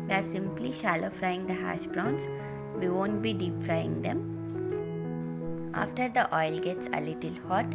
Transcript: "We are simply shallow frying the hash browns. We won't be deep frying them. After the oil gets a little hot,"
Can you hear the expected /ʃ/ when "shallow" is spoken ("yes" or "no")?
yes